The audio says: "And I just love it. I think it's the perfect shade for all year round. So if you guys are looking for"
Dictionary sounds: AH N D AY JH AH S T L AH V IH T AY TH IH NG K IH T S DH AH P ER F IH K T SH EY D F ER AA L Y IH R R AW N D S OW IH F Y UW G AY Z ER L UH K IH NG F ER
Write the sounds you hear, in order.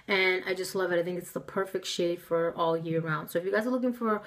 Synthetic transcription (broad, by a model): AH N AY JH AH S T L AH V IH T AY TH IH NG K IH T S DH AH P ER F IH K T SH EY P F ER AA L Y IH R R AW N D S OW IH F Y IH G AY Z ER L UH K IH NG F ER